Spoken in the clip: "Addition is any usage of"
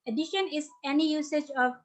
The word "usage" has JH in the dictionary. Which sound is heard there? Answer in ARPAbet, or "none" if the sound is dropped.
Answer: JH